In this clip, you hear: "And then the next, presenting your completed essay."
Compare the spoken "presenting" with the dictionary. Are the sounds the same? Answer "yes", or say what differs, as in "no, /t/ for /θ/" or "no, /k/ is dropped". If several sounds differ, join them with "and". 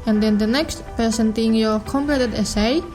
no, /ɹ/ is dropped